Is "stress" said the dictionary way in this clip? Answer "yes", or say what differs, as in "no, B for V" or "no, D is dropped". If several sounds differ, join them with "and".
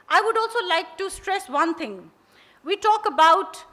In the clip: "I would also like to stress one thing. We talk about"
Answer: yes